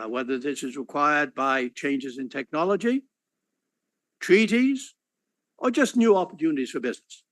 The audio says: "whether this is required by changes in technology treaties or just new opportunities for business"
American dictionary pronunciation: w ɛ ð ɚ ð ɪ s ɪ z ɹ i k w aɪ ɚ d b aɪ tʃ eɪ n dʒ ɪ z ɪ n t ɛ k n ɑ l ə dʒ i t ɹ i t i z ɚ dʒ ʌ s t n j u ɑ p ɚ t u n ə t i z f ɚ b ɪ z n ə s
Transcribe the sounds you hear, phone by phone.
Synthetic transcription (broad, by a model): w ɛ ð ɚ ð ɪ s ɪ z ɹ i k w aɪ ɚ d b aɪ tʃ eɪ n dʒ ɪ z ɪ n t ɛ k n ɑ l ə dʒ i t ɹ i t i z ɚ dʒ ʌ s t n j u ɑ p ɚ t u n ə t i z f ɚ b ɪ z n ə s